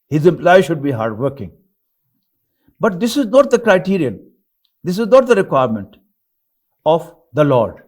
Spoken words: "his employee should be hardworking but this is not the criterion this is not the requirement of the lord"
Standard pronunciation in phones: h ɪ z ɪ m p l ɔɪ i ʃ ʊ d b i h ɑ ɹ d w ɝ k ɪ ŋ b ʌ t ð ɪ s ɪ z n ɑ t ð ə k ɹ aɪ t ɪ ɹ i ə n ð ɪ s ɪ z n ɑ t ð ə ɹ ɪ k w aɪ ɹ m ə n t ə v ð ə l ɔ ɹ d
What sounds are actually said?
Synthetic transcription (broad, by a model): h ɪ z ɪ m p l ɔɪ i ʃ ʊ d b i h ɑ ɹ d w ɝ k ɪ ŋ b ʌ t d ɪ s ɪ z n ɑ t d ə k ɹ aɪ t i ɹ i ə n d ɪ s ɪ z n ɑ t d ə ɹ ɪ k w aɪ ɹ m ə n t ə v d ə l ɔ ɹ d